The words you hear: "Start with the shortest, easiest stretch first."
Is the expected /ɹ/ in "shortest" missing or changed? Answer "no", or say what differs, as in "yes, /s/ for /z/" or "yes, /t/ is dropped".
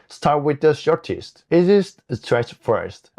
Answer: no